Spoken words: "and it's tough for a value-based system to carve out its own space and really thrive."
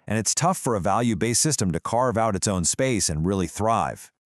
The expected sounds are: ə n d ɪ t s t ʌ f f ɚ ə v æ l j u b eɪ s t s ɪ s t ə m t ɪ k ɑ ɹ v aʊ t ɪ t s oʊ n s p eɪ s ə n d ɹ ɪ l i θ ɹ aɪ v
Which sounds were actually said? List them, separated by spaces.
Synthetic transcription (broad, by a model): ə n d ɪ t s t ʌ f f ɚ ə v æ l j u b eɪ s s ɪ s t ə m t ɪ k ɑ ɹ v aʊ t ɪ t s oʊ n s p eɪ s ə n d ɹ ɪ l i θ ɹ aɪ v